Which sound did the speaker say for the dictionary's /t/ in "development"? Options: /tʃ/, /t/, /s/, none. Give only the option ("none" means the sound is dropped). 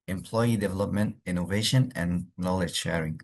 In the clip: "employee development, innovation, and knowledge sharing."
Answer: /t/